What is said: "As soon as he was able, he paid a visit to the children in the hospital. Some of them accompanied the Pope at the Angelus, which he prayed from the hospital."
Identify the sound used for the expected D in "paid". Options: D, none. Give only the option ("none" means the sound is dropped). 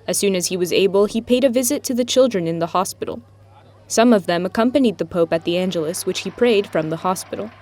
D